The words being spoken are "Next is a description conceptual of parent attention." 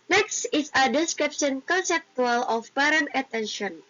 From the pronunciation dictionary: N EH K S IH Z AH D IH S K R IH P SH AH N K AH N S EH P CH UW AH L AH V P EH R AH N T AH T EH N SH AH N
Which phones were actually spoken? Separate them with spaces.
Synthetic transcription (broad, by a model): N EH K S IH S AH D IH S K R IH P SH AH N K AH N S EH P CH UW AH L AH F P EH R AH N AH T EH N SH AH N